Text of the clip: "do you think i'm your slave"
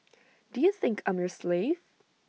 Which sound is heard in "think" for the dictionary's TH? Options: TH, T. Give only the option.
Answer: TH